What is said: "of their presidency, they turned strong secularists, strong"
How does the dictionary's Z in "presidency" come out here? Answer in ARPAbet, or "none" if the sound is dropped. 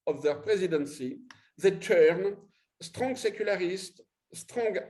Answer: Z